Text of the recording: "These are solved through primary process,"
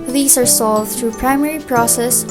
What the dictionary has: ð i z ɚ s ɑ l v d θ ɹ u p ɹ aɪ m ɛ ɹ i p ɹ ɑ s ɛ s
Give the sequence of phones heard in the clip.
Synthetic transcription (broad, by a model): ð i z ɚ s ɑ l v d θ ɹ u p ɹ aɪ m ɛ ɹ i p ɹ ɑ s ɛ s